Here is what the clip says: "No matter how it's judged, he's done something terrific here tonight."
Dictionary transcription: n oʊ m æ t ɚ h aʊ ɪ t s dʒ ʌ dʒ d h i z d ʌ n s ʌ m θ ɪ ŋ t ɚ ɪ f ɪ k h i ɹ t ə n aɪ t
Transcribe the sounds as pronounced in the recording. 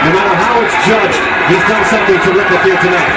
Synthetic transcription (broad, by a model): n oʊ m æ t ɚ h aʊ ɪ t s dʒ ʌ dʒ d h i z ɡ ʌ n s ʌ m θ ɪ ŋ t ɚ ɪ p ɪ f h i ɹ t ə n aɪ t